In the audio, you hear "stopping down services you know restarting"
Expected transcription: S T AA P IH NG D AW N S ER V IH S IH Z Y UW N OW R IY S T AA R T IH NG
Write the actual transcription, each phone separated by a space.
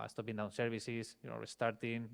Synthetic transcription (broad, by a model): S T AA P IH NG D AW N S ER B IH S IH S Y UW N OW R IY S T AA R T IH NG